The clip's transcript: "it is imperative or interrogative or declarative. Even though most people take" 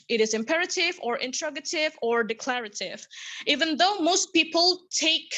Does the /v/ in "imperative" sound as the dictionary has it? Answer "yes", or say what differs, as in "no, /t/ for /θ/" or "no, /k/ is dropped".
yes